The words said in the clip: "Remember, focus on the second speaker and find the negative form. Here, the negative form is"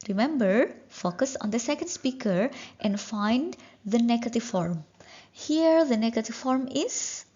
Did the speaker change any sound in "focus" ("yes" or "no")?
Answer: no